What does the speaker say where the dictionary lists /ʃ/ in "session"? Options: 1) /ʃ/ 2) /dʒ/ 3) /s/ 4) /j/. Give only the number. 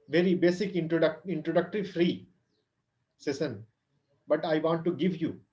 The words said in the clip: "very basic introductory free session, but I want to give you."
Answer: 3